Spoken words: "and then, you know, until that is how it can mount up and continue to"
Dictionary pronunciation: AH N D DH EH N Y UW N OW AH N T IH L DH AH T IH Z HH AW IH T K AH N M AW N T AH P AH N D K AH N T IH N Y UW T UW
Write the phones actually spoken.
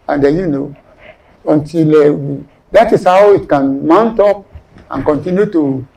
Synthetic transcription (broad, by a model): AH N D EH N Y UW N OW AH N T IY L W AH T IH S HH AW IH T K AH N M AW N T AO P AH N K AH N T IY N Y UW T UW